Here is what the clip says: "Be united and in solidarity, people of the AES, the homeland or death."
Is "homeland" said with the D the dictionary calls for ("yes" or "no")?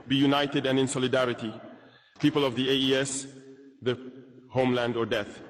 yes